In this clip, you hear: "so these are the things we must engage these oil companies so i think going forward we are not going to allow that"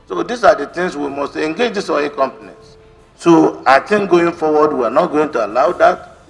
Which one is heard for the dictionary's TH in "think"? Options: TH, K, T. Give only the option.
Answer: T